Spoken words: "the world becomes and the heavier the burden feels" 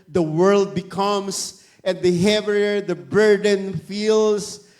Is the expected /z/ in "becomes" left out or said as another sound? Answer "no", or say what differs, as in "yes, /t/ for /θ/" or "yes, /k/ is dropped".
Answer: yes, /s/ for /z/